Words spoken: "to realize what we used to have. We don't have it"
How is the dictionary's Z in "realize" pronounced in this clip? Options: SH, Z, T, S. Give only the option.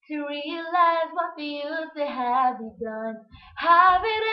Z